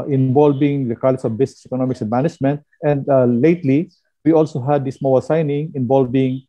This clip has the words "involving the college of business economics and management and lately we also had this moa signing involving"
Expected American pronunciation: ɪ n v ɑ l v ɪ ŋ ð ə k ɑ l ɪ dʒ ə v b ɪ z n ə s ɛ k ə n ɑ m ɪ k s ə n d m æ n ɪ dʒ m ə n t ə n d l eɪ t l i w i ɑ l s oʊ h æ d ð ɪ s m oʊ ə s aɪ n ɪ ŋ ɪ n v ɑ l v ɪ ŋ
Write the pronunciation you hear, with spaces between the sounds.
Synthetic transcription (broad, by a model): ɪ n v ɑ l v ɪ ŋ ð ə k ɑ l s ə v b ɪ s n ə s ɛ k ə n ɑ m ɪ k s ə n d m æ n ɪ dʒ m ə n t ə n d l eɪ t l i w i ɑ l s oʊ h æ d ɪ s m oʊ ə s aɪ n ɪ ŋ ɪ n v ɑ l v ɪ ŋ